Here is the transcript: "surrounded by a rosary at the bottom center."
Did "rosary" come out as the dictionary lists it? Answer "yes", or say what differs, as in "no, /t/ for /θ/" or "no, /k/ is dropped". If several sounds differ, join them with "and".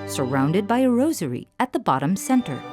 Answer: yes